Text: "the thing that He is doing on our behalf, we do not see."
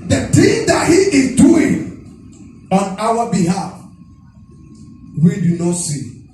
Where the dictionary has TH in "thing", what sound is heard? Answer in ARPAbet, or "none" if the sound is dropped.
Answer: T